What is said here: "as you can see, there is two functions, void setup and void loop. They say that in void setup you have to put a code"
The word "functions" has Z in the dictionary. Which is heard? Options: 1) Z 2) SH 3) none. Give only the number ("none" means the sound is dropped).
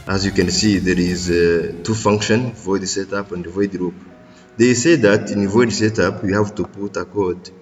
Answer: 3